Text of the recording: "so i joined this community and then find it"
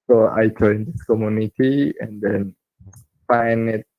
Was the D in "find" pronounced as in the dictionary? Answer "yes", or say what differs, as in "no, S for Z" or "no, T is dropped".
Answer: no, D is dropped